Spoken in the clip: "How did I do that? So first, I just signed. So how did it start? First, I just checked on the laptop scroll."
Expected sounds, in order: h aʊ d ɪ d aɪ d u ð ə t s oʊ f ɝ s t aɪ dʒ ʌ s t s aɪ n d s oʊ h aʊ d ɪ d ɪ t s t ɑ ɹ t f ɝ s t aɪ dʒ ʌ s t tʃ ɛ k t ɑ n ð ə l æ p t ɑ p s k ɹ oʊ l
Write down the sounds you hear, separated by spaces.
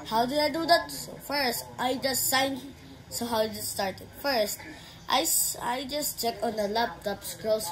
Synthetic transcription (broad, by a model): h aʊ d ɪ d aɪ d u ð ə t s oʊ f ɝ s t aɪ dʒ ʌ s t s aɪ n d s oʊ h aʊ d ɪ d ɪ t s t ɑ ɹ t f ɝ s t aɪ dʒ ʌ s t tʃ ɛ k ɑ n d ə l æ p t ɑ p s k ɹ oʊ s